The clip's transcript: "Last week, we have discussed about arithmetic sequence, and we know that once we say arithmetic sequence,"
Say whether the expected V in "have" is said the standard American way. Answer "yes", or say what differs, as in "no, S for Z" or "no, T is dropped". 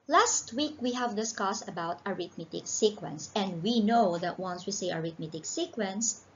yes